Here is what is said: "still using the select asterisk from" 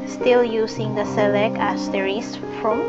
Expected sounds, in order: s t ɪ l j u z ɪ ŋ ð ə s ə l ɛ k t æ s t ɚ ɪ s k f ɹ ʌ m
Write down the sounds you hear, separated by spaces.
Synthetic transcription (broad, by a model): s t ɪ l j u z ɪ ŋ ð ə s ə l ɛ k æ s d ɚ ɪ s f ɹ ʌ m